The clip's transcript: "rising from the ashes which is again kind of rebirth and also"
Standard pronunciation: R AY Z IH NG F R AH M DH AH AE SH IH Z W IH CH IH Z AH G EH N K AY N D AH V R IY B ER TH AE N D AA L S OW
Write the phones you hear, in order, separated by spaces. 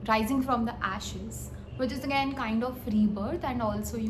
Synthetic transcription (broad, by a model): R AY Z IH NG F R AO M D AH AE SH IH Z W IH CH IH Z AH G EH N K AY N D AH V R IY B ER T AE N D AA L S OW